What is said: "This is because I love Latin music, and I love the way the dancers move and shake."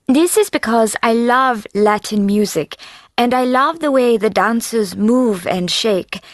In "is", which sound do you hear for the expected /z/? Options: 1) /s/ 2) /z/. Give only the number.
2